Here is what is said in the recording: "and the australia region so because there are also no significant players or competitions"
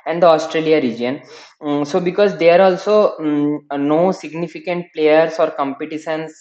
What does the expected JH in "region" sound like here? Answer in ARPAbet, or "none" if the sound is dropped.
JH